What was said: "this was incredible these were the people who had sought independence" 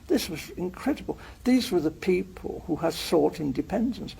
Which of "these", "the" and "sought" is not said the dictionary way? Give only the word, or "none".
none